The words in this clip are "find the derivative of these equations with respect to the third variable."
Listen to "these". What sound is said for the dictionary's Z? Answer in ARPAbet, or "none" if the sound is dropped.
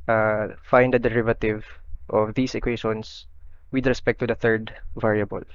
S